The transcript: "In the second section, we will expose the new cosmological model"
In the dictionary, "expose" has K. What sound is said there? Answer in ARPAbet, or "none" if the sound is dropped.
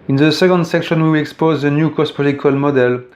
K